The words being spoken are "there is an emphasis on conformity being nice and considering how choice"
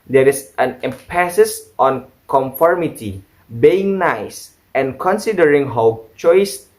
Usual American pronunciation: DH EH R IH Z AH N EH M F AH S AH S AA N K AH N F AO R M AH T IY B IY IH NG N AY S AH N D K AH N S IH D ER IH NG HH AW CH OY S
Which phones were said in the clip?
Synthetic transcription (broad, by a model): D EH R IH S AH N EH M P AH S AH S AA N K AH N F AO R M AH T IY B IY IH NG N AY S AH N K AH N S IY D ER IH NG HH AW CH OY S